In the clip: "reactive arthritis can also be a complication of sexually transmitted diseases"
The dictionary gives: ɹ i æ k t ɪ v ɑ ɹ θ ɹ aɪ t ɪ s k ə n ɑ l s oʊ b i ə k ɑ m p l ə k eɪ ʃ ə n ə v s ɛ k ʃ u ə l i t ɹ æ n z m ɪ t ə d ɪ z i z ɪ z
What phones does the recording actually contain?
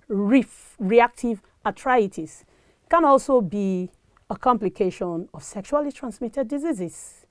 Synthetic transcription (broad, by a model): ɹ i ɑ k t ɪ v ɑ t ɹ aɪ t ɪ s k ə n ɑ l s oʊ b i ə k ɑ m p l ə k eɪ ʃ ə n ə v s ɛ k ʃ u ə l i t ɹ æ n s m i t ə d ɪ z i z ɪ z